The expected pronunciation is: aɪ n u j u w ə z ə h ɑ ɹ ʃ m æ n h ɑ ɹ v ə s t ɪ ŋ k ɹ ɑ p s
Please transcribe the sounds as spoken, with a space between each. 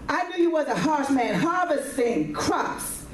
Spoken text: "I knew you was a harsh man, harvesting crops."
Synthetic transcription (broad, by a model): aɪ n u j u w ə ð ə h ɑ ɹ s m æ n h ɑ ɹ v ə s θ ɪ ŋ k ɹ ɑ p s